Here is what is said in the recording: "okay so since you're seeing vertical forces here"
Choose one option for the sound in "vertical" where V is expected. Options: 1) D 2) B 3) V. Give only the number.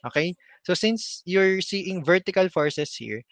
3